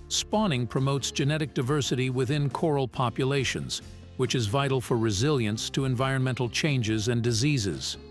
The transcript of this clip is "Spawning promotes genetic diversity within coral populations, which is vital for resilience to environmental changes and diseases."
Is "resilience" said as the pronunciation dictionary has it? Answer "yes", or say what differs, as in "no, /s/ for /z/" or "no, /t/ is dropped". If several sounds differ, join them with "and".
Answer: yes